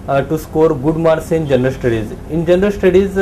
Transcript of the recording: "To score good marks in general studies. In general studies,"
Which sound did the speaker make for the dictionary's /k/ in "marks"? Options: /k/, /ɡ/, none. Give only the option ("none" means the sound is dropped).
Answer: none